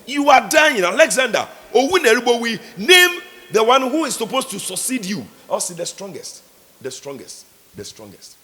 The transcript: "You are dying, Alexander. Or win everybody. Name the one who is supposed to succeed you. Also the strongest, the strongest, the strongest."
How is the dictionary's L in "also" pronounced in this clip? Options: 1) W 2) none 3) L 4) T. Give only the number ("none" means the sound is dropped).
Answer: 2